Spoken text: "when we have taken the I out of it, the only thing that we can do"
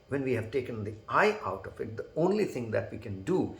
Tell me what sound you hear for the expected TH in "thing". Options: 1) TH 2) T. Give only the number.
2